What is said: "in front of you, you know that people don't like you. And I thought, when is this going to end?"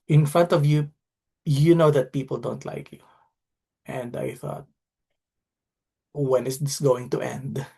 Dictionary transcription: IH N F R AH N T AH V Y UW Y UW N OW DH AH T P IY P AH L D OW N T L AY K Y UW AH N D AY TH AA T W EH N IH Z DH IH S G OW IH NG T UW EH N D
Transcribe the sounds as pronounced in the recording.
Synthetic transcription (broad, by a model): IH N F R AH N T AH V Y UW Y UW N OW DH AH T P IY P AH L D OW N T L AY K Y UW AH N D AY TH AA T W EH N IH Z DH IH S G OW IH NG T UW EH N D